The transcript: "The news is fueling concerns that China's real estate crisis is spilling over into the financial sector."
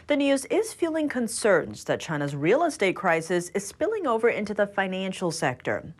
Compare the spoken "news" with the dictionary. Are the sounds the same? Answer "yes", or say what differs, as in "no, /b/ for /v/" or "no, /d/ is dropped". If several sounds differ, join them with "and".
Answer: yes